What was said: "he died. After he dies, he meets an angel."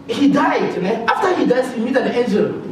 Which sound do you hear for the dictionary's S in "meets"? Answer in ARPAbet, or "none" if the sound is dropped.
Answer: none